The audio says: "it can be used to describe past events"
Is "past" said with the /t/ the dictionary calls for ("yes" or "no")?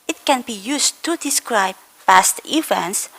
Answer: yes